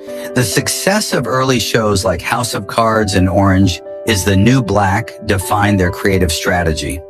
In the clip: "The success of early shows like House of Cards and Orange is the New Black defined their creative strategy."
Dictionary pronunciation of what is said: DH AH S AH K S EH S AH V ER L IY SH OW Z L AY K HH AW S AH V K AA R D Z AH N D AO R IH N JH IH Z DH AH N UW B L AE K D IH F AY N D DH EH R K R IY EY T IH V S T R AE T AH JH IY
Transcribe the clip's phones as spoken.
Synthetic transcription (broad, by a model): DH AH S AH K S EH S AH V ER L IY SH OW Z L AY K HH AW S AH V K AA R D Z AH N AO R IH N JH IH Z DH AH N UW B L AE K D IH F AY N DH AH R K R IY EY T IH V S T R AE T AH JH IY